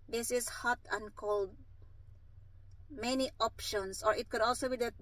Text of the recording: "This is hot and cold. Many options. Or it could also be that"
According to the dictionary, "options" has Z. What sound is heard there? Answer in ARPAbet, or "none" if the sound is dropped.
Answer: S